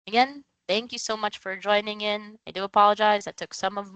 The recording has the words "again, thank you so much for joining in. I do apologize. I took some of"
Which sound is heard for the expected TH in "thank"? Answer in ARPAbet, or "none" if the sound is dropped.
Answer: TH